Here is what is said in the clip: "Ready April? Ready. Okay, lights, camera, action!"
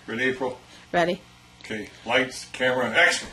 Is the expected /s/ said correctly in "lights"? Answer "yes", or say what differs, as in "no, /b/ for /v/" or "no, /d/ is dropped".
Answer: yes